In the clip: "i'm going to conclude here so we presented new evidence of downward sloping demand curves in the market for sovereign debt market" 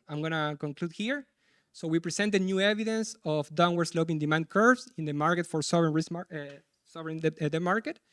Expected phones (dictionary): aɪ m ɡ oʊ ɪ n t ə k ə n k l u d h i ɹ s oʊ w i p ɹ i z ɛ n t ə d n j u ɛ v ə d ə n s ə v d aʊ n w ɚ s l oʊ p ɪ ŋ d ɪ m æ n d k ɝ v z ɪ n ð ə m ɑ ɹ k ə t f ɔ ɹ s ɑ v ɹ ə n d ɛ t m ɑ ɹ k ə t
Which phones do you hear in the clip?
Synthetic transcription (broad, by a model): aɪ m ɡ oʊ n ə k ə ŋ k l u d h i ɹ s oʊ w i p ɹ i s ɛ n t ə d n j u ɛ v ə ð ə n s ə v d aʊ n w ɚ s l oʊ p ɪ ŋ d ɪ m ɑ n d k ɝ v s ɪ n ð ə m ɑ ɹ k ə t f ɔ ɹ s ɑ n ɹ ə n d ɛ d m ɑ ɹ k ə t